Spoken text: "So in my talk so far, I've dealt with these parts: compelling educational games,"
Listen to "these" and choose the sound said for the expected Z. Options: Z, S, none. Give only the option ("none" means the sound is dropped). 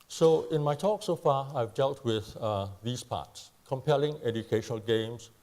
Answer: S